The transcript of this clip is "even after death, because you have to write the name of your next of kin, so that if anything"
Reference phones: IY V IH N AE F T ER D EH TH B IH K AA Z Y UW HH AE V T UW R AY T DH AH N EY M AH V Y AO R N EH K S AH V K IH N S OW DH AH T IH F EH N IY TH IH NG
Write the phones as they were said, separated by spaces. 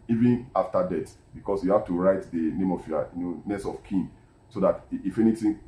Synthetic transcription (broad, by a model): IY V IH N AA F T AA D EH T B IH K AA S Y UW HH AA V T UW R AY T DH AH N EY M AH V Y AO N N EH S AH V K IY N S OW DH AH T IH F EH N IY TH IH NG